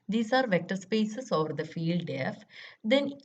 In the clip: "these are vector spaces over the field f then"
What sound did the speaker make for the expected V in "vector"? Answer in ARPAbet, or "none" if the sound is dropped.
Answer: V